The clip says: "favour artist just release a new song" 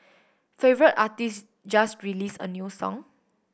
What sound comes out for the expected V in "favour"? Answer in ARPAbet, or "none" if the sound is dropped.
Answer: V